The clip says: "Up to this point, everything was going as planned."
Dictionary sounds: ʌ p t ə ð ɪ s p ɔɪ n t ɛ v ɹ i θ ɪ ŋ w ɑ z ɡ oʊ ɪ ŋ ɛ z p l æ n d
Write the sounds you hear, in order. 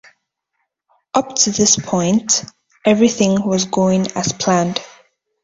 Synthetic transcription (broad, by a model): ʌ p t ə ð ɪ s p ɔɪ n t ɛ v ɹ i θ ɪ ŋ w ɑ z ɡ oʊ ɪ ŋ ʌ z p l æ n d